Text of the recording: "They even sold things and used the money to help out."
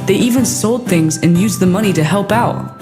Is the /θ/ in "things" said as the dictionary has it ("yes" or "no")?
yes